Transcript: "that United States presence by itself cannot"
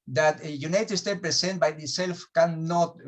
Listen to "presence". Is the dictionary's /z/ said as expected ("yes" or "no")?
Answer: no